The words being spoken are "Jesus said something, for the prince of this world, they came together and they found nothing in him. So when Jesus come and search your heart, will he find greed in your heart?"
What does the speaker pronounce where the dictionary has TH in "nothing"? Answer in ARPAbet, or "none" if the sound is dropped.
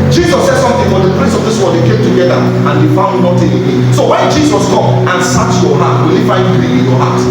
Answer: T